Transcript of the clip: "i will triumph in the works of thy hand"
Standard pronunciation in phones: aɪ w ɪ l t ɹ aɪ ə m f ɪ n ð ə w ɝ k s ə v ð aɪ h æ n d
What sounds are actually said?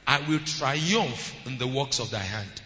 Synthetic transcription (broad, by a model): aɪ w ɪ l t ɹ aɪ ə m f ɪ n ð ə w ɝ k s ə v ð aɪ h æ n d